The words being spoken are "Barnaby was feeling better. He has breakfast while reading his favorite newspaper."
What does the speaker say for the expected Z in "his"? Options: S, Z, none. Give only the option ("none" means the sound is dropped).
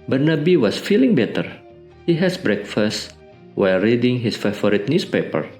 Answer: S